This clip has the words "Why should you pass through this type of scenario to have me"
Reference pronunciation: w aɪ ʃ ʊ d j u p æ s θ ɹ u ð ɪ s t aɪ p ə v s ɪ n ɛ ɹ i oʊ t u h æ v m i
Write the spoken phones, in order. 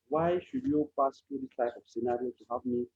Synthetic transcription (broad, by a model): w aɪ ʃ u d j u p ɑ s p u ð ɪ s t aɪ ə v s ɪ n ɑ ɹ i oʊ t u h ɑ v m i